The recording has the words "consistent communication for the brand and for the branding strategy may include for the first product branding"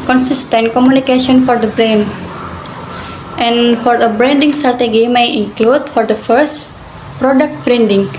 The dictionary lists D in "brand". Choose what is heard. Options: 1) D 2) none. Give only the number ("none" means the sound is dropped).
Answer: 2